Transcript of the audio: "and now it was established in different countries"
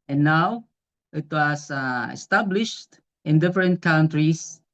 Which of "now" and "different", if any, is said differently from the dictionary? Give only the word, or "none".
none